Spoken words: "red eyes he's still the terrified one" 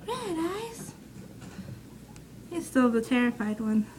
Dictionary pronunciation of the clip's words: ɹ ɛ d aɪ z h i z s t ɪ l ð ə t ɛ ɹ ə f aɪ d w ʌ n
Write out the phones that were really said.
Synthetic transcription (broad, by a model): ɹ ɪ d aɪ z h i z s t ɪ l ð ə t ɛ ɹ ə f aɪ d w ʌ n